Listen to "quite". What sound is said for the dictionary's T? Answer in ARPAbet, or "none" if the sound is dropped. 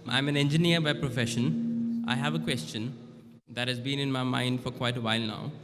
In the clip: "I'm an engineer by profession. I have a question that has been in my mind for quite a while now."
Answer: T